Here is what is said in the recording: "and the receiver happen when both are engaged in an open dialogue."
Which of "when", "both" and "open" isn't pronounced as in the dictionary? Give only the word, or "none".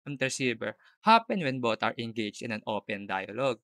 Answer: both